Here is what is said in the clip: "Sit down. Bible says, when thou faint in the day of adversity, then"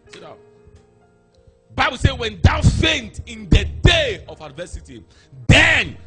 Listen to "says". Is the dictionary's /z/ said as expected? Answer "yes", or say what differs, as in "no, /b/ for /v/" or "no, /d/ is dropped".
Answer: no, /z/ is dropped